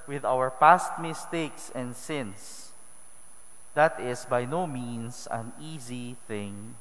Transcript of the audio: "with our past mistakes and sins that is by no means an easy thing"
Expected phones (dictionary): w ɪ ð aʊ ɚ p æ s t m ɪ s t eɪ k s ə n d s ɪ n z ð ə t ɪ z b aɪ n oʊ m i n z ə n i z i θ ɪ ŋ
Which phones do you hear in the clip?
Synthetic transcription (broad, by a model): w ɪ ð aʊ ɚ p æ s t m ɪ s t eɪ k s ə n d s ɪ n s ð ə t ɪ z b aɪ n oʊ m i n s ə n i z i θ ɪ ŋ